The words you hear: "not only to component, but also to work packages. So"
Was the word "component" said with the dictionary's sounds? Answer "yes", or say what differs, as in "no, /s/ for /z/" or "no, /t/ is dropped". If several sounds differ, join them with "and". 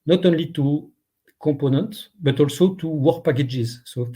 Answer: no, /m/ is dropped